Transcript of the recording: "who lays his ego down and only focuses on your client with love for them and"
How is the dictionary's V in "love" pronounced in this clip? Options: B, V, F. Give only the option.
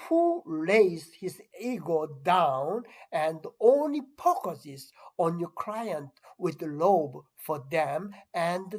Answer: B